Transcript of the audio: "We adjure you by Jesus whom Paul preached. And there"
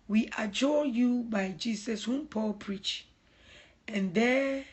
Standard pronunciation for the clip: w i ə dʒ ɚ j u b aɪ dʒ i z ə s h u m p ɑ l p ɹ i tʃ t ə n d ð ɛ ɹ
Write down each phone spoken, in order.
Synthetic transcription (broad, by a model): w i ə dʒ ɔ j u b aɪ dʒ i s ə s h u m p ɑ l p ɹ i tʃ ə n d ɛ